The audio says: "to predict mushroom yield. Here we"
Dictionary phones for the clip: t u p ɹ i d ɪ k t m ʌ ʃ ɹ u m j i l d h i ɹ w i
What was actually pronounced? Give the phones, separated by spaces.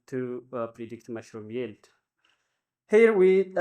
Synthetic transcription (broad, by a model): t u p ɹ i d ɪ k t m ʌ ʃ ɹ u m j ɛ l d h i ɹ w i